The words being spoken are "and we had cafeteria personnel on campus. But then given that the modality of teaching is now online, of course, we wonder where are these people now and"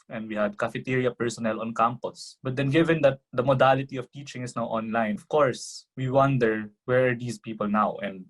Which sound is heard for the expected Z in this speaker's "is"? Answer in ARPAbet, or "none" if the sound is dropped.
S